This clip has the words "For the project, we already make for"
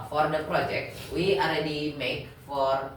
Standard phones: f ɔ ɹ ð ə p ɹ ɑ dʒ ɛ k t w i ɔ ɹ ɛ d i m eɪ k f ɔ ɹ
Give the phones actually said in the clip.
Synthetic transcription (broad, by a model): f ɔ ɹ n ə p ɹ ɑ dʒ ɛ k t w i ɔ ɹ ɛ d i m eɪ k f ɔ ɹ